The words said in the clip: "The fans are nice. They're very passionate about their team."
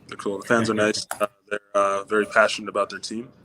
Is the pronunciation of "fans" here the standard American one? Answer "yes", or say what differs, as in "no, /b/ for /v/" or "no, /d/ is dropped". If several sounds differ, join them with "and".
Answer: yes